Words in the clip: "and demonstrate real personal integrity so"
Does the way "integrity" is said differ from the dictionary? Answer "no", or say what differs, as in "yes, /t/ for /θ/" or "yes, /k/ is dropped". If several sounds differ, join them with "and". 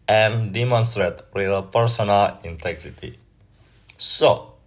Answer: no